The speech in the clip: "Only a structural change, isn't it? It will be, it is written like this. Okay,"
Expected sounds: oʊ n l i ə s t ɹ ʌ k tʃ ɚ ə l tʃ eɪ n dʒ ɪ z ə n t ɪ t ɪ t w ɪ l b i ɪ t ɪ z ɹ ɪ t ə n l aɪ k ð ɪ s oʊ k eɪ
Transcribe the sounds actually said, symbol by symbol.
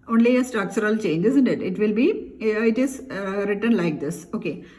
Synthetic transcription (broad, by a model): oʊ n l i ə s t ʌ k s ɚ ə l tʃ eɪ n dʒ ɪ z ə n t ɪ t ɪ t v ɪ l b i ɪ t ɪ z ɹ ɪ t ə n l aɪ k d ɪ s oʊ k eɪ